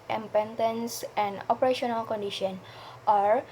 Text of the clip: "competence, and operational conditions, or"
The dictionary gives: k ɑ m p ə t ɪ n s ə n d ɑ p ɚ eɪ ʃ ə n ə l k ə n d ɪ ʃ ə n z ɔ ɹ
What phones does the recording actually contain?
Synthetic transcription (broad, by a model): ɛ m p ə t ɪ n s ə n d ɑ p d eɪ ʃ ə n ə l k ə n d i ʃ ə n ɔ ɹ